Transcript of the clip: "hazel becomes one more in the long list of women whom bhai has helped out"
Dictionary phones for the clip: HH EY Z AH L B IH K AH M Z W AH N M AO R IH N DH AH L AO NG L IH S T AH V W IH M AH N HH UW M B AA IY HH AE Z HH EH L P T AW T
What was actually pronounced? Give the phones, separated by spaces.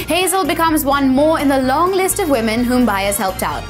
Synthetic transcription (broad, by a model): HH EY Z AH L B IH K AH M Z W AH N M AO R IH N DH AH L AO NG L IH S T AH V W IH M AH N HH UW M B AA IY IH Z HH EH L P T AW T